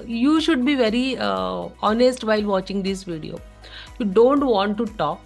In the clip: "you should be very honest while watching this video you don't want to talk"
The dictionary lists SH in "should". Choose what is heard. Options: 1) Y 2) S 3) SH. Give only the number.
3